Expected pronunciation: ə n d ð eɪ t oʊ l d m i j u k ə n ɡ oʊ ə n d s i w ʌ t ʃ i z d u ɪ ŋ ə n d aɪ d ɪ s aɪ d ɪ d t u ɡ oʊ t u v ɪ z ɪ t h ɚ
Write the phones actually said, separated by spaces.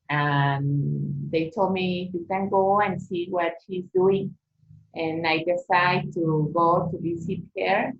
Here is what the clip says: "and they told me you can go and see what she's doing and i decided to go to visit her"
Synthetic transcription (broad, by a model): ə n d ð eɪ t oʊ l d m i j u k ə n ɡ oʊ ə n s i w ʌ t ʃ i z d u ɪ ŋ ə n aɪ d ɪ s aɪ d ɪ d t u ɡ oʊ t u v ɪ s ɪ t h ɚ